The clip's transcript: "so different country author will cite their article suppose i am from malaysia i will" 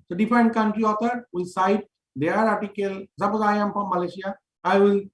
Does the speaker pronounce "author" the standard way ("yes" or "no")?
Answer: no